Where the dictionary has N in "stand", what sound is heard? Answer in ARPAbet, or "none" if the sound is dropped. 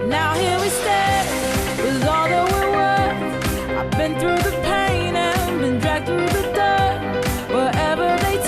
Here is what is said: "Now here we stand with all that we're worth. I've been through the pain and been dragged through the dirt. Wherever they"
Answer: none